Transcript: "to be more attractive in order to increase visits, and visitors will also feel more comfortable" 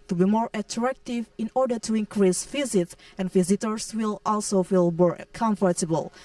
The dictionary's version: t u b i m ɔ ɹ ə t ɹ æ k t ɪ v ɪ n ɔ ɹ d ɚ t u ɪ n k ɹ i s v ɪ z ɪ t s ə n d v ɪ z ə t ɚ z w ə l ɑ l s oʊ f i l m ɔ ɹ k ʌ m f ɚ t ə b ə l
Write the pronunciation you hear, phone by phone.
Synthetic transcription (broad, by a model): t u b i m ɔ ɹ ə t ɹ æ k t ɪ v ɪ n ɔ ɹ d ɚ t u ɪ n k ɹ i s f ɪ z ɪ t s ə n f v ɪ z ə t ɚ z w ə l ɑ l s oʊ f i l m ɔ ɹ k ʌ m f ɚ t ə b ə l